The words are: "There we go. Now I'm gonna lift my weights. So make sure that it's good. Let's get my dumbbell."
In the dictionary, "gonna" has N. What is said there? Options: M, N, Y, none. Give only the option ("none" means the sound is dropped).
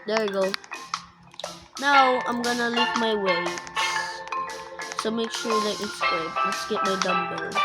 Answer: N